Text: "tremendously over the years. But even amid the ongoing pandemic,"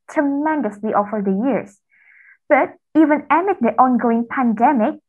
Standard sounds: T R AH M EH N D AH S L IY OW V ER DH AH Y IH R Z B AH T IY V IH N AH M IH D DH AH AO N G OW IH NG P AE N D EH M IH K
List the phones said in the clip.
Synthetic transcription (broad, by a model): T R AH M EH N D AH S L IY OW F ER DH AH Y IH R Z B AH T IY V IH N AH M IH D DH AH AO N G OW IH NG P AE N D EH M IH K